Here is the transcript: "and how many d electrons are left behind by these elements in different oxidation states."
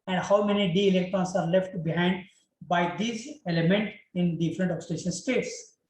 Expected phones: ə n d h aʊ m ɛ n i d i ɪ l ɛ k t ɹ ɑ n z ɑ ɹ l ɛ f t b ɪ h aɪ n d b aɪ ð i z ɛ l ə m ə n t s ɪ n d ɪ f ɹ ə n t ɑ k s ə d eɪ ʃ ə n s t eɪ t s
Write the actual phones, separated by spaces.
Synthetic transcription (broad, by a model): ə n d h aʊ m ɛ n i d i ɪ l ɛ k t ɹ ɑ n s ɑ ɹ l ɛ f t b ɪ h aɪ n d b aɪ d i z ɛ l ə m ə n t ɪ n d ɪ f ɹ ə n t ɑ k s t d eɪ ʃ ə n s t eɪ t s